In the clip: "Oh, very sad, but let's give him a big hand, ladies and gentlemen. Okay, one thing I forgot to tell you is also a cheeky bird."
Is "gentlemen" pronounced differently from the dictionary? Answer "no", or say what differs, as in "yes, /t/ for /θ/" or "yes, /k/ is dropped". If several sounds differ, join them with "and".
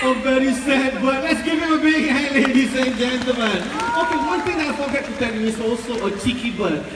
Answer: yes, /l/ is dropped